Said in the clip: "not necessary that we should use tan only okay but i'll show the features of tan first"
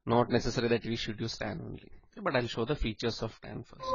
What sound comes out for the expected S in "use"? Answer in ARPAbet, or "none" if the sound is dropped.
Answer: S